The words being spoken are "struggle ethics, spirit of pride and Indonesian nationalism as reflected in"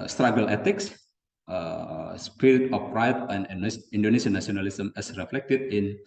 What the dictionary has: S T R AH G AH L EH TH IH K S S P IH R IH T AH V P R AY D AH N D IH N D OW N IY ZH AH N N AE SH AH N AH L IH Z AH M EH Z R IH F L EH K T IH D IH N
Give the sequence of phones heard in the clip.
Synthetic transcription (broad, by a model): S T R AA G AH L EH T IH K S S P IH R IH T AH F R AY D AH N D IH N D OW N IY S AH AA N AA S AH N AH L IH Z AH M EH S R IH F L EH K T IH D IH N